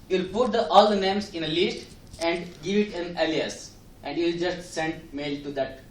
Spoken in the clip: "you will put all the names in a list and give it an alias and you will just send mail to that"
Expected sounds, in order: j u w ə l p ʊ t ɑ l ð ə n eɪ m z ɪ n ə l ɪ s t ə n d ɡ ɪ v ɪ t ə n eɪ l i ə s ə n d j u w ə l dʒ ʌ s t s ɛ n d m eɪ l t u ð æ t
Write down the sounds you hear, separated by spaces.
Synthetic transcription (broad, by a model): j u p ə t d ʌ t ɑ l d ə n eɪ m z ɪ n ə l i s t ə n d ɡ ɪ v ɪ t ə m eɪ l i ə s ə n d j u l dʒ ʌ s t s ɛ n d m eɪ l t u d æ t